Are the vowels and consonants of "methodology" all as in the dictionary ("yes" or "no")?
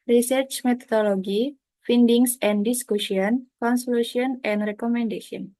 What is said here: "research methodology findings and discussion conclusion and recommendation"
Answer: no